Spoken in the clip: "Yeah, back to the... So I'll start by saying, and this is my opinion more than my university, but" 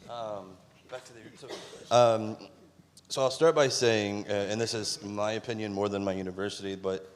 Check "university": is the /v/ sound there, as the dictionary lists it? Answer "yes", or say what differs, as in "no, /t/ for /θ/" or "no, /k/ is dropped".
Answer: yes